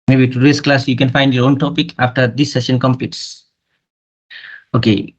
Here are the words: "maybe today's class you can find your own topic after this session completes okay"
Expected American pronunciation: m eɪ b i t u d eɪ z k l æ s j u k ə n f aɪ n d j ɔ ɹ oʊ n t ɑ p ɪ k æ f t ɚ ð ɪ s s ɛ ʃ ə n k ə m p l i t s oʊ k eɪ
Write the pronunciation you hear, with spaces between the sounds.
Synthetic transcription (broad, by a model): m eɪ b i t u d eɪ s k l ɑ s j u k ə n f aɪ n d j ɔ ɹ oʊ n t ɑ p ɪ k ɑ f t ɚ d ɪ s s ɛ ʃ ə n k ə m p i t s oʊ k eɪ